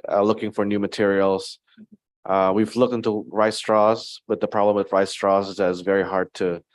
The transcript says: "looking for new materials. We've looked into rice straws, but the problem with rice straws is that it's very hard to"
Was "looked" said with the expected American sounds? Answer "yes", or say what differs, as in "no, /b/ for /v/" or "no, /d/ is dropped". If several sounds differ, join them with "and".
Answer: yes